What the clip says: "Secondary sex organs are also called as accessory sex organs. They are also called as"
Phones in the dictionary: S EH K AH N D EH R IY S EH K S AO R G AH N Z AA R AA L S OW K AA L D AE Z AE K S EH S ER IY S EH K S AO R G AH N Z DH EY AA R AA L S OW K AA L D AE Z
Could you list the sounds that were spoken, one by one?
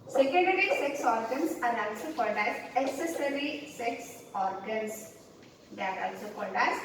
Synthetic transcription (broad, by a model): S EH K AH N D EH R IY S EH K S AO R G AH N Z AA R AA L S OW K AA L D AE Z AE S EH S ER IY S EH K S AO R G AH N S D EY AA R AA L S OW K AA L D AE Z